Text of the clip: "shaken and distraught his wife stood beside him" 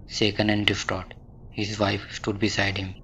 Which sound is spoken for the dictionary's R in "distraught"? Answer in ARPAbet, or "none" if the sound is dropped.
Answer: none